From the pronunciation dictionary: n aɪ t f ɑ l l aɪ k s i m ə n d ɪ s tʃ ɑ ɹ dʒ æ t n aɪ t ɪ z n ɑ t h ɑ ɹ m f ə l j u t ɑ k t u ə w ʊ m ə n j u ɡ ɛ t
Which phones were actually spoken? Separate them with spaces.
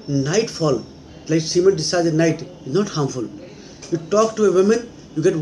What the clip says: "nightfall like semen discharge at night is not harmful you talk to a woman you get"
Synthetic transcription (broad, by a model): n aɪ t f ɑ l l aɪ k s i m ə n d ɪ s ɑ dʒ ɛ n aɪ t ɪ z n ɑ t h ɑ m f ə l j u t ɑ k t u ə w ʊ m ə n j u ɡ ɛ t